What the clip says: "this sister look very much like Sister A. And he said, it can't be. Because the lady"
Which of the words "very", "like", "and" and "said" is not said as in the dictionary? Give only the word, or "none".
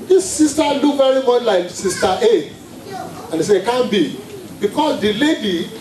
said